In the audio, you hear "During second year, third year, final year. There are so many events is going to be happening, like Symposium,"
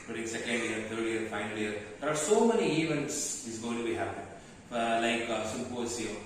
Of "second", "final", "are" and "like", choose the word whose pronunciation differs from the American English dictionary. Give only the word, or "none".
none